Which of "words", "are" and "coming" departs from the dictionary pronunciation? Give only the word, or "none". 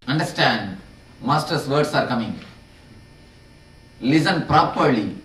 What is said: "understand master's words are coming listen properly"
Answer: words